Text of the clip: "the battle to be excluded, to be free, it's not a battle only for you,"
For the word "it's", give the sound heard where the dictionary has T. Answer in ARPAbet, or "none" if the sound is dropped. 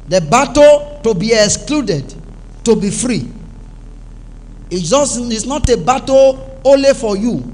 S